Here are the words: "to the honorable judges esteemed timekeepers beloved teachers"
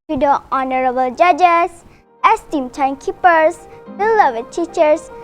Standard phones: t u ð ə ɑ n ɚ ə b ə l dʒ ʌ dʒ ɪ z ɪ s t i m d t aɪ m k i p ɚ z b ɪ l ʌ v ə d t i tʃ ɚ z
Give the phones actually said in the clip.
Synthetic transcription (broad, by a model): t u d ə ɑ n ɚ ə b ə l dʒ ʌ dʒ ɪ s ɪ s t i m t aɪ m k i p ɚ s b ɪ l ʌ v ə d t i tʃ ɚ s